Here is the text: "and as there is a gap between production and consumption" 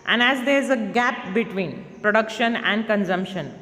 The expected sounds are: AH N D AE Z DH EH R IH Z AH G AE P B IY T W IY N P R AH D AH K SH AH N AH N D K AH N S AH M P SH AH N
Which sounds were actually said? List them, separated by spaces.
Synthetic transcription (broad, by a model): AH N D AE Z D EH R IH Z AH G AE P B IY T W IY N P R AH D AH K SH AH N AH N D K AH N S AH M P SH AH N